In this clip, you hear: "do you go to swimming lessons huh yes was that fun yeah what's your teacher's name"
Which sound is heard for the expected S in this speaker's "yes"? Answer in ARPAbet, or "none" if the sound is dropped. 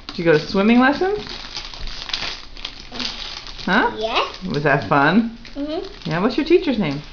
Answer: none